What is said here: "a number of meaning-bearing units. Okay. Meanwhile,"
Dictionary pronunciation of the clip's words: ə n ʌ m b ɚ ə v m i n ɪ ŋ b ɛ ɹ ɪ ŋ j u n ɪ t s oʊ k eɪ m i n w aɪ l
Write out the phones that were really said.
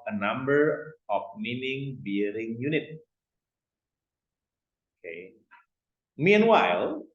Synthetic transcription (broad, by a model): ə n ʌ m b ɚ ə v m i n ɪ ŋ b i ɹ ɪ ŋ j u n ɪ t oʊ k eɪ m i n w aɪ l